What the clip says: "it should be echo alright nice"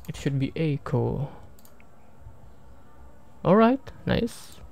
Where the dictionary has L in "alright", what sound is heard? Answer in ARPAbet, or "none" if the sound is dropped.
L